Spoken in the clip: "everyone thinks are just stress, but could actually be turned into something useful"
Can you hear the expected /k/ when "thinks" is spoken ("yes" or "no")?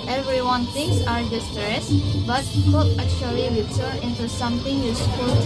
no